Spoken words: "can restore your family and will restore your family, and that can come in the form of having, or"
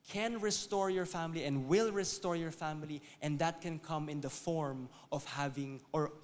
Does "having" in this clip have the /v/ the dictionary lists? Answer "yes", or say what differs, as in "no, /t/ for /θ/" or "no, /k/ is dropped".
yes